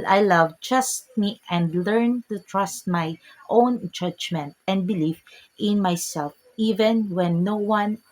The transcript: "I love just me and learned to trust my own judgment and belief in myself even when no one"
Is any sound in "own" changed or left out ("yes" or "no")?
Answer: no